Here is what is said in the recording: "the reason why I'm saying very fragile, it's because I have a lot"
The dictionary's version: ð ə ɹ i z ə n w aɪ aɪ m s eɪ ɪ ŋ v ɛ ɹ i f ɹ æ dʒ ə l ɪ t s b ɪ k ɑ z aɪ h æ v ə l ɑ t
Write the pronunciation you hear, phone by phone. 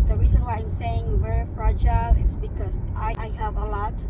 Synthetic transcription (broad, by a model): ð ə ɹ i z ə n w aɪ aɪ m s eɪ ɪ ŋ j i w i f ɹ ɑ dʒ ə l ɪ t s b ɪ k ɑ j aɪ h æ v ə l ɑ t